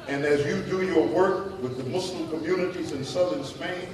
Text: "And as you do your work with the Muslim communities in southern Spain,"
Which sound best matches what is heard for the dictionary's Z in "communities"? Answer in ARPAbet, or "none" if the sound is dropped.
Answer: Z